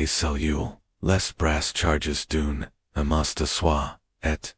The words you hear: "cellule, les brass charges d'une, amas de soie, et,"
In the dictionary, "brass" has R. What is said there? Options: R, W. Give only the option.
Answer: R